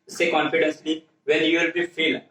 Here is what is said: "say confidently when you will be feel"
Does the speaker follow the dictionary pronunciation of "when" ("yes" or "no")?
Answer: no